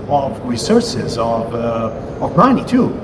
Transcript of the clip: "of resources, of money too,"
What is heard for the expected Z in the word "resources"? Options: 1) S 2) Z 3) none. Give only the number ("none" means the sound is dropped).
2